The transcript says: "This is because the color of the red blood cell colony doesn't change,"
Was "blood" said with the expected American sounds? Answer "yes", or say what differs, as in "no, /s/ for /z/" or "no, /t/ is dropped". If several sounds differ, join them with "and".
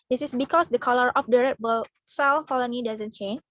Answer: no, /l/ is dropped